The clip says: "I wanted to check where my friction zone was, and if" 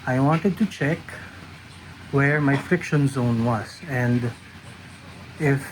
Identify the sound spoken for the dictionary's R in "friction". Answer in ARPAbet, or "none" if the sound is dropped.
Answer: R